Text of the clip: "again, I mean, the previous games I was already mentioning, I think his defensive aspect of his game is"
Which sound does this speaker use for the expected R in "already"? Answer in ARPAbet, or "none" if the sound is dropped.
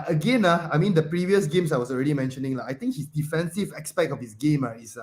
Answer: R